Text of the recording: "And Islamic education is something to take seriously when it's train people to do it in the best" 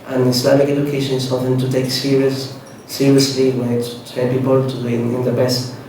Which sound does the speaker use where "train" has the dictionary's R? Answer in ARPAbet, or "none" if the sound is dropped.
none